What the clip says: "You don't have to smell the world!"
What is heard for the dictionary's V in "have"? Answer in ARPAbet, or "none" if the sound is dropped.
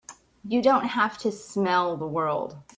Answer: F